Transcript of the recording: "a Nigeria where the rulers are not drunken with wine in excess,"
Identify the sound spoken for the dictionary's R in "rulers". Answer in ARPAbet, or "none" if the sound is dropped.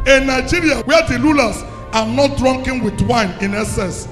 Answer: L